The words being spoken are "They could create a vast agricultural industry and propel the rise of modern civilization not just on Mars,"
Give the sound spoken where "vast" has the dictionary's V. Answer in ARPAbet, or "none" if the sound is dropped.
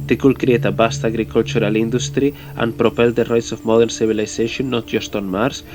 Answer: B